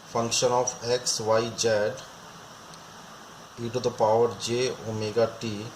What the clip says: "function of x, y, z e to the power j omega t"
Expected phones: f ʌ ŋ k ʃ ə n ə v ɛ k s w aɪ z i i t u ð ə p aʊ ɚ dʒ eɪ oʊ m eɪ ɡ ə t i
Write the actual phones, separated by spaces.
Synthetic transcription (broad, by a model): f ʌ ŋ k ʃ ə n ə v ɛ k s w aɪ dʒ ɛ i t u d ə p aʊ ɚ dʒ eɪ oʊ m eɪ ɡ ə t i